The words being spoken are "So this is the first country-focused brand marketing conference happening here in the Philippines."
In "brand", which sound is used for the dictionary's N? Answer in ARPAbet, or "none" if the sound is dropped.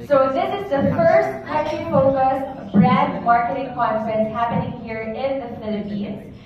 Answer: none